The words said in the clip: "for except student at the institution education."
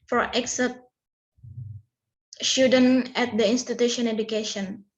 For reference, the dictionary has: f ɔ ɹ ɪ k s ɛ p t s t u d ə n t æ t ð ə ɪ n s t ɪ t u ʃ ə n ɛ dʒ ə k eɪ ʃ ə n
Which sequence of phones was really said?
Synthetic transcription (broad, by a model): f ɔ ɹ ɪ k s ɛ t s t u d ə n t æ t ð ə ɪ n s t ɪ t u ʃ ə n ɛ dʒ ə k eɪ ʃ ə n